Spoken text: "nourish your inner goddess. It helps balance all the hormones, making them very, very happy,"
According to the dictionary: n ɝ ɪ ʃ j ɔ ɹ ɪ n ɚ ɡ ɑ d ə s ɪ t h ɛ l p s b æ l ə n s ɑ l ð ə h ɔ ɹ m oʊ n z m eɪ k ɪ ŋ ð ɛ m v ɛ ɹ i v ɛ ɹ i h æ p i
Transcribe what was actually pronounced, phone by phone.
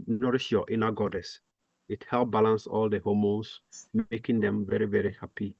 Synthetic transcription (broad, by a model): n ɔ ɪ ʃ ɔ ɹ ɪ n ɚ ɡ ɑ d ə s ɪ t h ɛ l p b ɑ l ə n s ɑ l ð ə h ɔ m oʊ n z m eɪ k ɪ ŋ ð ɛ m v ɛ ɹ i v ɛ ɹ i h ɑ p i